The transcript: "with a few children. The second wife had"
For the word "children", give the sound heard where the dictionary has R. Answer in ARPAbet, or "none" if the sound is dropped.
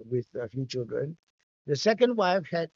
R